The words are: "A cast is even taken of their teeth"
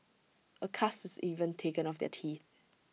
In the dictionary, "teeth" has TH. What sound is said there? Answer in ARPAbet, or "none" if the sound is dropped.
TH